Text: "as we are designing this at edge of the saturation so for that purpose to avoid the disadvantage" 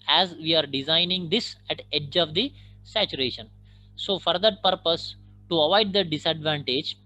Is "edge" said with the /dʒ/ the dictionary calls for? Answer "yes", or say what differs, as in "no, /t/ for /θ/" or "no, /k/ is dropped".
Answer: yes